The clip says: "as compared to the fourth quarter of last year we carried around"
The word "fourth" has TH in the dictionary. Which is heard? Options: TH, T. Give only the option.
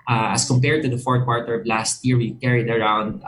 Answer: T